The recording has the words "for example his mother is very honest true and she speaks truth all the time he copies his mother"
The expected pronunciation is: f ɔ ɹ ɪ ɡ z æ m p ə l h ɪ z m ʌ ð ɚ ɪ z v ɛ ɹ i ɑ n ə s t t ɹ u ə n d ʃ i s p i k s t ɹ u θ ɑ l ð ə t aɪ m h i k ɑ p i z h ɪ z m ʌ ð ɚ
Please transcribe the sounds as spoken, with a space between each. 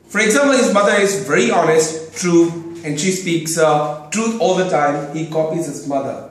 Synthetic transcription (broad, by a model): f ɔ ɹ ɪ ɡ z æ m p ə l h ɪ z m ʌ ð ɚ ɪ z v ɛ ɹ i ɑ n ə s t t ɹ u ə n d ʃ i s p i k s t ɹ u t ɑ l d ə t aɪ m h i k ɑ p i z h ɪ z m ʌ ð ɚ